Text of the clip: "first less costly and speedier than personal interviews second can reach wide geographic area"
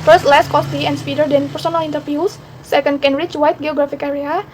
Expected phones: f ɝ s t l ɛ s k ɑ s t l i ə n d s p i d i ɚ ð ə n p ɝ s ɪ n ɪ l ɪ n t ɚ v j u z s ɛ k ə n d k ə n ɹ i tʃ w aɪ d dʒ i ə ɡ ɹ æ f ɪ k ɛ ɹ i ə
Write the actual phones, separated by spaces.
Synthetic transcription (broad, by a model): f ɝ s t l ɛ s k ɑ s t i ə n s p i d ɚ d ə n p ɝ s ɪ n ɪ l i n t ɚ f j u s ɛ k ə n d k ə n ɹ i tʃ w aɪ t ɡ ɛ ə ɡ ɹ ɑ f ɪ k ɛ ɹ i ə